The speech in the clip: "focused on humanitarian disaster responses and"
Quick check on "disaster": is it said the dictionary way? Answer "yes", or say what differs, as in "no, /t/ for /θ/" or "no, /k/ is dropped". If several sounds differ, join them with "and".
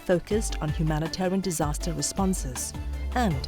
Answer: yes